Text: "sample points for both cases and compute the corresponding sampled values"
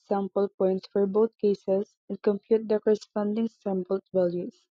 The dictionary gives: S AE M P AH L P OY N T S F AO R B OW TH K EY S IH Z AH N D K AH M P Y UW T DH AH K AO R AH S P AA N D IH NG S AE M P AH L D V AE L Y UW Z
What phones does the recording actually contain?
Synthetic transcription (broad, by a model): S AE M P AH L P OY N T S F AO R B OW T K EY S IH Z AH N D K AH M P Y UW T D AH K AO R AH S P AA N D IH NG S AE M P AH L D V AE L Y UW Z